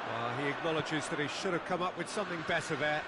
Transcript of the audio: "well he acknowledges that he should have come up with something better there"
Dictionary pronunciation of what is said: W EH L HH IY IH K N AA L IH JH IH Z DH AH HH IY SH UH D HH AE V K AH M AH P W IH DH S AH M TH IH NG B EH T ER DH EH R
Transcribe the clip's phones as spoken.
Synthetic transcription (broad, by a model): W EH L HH IY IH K N AA L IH JH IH Z DH AH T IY SH UH D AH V K AH M AH P W IH DH S AH M TH IH NG B EH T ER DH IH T